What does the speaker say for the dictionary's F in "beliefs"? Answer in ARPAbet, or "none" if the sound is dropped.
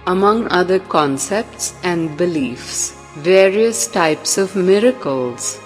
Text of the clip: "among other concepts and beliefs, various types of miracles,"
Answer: F